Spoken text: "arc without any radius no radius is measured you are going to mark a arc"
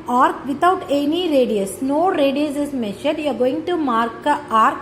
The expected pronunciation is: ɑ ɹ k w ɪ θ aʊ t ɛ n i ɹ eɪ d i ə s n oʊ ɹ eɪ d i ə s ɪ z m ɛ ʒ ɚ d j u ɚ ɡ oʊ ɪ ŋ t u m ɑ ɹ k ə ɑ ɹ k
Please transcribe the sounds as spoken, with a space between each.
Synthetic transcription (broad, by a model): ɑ ɹ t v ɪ t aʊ t ɛ n i ɹ eɪ d i ə s n oʊ ɹ eɪ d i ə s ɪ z m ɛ ʃ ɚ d j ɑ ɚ ɡ oʊ ɪ ŋ t u m ɑ ɹ k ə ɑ ɹ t